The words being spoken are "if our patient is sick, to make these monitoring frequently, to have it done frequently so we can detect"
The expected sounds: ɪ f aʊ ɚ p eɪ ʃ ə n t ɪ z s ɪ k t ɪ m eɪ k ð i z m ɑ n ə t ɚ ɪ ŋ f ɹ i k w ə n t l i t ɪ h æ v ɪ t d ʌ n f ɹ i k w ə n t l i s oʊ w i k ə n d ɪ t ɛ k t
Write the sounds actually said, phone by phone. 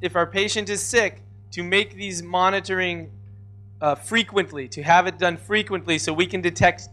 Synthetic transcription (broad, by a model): ɪ f aʊ ɚ p eɪ ʃ ə n t ɪ z s ɪ k t ɪ m eɪ k ð i z m ɑ n ə t ɚ ɪ ŋ f ɹ i k w ə n t l i t ɪ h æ v ɪ t d ʌ n f ɹ i k w ə n t l i s oʊ w i k ə n d ɪ t ɛ k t